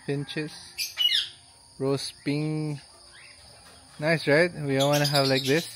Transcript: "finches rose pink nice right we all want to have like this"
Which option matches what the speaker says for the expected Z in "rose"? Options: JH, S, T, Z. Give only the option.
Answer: S